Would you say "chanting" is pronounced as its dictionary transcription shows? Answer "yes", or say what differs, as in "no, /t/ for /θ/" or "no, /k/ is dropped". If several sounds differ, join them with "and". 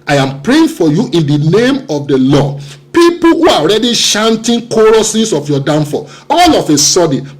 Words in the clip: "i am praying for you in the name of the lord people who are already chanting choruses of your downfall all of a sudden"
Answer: no, /ʃ/ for /tʃ/